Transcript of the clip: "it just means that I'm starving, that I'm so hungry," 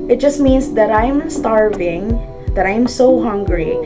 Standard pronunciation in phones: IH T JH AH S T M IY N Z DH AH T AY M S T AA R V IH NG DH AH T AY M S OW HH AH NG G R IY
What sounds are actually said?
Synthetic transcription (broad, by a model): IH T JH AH S T M IY N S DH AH T AY M S T AA R V IH NG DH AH T AY M S OW HH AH NG G R IY